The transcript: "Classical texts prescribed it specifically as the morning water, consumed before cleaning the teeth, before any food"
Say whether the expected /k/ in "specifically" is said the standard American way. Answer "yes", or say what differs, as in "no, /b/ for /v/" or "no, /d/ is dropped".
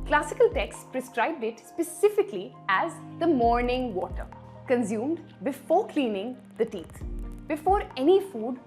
yes